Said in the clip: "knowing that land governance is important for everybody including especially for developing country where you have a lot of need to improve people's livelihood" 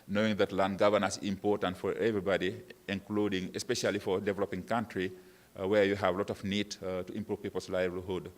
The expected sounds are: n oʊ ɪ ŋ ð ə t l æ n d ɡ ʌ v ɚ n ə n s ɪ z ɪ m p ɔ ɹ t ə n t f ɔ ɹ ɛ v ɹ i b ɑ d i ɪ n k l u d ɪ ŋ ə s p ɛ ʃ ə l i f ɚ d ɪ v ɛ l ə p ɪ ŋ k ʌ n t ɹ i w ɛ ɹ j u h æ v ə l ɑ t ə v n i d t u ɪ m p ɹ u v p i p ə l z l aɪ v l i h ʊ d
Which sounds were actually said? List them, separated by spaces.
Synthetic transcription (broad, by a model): n oʊ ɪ ŋ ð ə t l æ n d ɡ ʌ v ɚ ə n ɪ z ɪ m p ɔ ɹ t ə n t f ɔ ɹ ɛ v ɹ i b ɑ d i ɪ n k l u d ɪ ŋ ə s p ɛ ʃ ə l i f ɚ d ɪ v ɛ l ə p ɪ ŋ k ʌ n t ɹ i w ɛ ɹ j u h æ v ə l ɑ t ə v n i d t u ɪ m p ɹ u v p i p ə l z l aɪ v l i h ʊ d